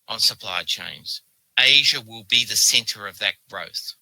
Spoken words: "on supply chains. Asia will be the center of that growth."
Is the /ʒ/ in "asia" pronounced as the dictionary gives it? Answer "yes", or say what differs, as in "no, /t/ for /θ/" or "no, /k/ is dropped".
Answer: yes